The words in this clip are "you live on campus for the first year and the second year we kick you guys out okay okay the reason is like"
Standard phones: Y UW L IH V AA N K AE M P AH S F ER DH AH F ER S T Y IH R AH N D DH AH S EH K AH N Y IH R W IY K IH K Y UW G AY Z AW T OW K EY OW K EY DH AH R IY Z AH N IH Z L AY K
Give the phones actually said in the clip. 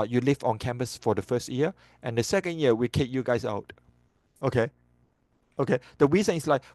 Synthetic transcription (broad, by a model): Y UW L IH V AA N K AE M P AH S F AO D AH F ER S T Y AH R AH N D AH S EH K AH N Y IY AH W IY K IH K Y UW G AY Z AW T OW K EY OW K EY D AH W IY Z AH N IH S L AY K